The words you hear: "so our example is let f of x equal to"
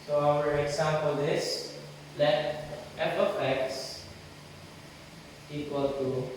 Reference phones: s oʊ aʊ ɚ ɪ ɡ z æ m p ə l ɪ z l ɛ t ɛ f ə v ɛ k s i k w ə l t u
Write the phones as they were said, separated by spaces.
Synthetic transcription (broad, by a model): s oʊ aʊ ɚ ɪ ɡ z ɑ m p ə l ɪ s l ɛ t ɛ p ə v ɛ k s i k w ə l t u